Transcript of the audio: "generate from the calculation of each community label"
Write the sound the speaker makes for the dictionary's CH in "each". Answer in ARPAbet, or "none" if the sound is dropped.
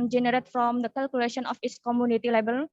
S